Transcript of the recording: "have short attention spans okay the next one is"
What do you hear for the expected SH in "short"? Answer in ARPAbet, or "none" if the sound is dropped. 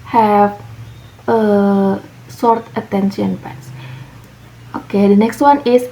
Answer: S